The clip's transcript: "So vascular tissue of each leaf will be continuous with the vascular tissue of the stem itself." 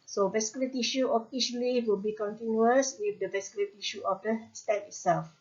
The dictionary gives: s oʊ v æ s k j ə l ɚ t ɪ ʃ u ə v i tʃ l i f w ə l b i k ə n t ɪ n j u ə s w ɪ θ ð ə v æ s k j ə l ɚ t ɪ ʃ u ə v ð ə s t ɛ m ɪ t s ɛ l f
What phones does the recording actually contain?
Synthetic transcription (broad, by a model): s oʊ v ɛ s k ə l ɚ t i ʃ u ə f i ʃ l i w ə l b i k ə n t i n j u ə s w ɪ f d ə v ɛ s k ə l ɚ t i ʃ u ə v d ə s t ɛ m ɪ t s ɛ l f